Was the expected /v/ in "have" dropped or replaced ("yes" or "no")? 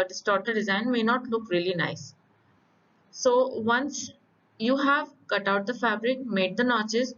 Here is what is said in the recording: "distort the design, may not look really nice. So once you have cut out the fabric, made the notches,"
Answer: no